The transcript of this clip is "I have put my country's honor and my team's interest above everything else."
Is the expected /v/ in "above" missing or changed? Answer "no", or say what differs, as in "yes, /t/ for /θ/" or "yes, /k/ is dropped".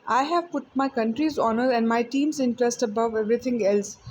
no